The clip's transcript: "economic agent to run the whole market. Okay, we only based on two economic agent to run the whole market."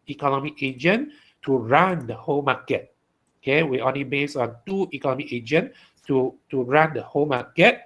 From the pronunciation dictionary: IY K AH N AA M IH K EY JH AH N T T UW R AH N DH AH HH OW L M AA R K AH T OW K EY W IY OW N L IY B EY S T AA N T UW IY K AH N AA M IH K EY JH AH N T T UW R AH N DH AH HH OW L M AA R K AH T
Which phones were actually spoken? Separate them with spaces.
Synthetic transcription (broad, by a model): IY K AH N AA M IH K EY JH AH N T T UW R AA N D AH HH OW L M AA K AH T OW K EY W IY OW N L IY B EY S AA N T UW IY K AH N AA M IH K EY JH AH N T T UW R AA N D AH HH OW L M AA K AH T